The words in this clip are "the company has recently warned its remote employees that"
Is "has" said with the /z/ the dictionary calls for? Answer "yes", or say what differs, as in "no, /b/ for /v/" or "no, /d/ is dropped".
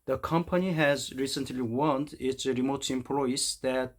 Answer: yes